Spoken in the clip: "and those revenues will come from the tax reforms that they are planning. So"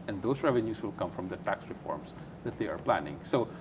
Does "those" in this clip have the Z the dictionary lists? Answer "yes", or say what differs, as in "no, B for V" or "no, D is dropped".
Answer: no, S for Z